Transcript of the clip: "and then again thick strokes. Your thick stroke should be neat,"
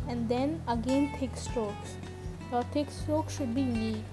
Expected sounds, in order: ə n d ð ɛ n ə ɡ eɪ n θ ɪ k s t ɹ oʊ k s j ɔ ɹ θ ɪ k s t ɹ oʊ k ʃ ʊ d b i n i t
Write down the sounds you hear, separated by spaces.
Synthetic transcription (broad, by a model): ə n d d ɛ n ə ɡ eɪ n t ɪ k s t oʊ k s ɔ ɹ t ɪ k s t oʊ k ʃ ʊ d b i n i